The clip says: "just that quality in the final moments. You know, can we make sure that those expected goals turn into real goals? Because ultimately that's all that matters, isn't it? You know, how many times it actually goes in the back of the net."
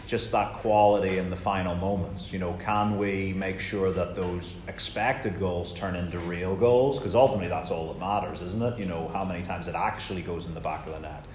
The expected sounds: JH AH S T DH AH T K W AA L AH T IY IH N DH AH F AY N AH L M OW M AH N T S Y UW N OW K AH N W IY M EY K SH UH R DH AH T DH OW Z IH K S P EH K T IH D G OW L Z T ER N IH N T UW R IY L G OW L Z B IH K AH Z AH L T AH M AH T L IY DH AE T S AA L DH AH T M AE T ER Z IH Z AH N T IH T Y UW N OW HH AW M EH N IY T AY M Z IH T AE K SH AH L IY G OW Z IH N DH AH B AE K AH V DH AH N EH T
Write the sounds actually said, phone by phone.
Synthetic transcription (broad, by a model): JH AH S T DH AH T K W AA L AH T IY IH N DH AH F AY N L M OW M AH N T S Y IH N OW K AH N W IY M EY K SH UH R DH AH T DH OW Z IH K S P EH K T IH D G OW L Z T ER N IH N T UW R IY L G OW L Z K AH Z AH L T AH M AH T L IY DH AE T S AA L DH AH T M AE T ER Z IH Z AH N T IH T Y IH N OW HH AW M EH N IY T AY M Z IH T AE K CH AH L IY G OW Z N DH AH B AE K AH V DH AH N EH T